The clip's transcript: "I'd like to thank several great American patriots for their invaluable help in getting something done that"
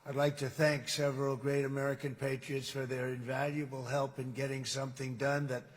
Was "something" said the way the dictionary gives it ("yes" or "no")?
yes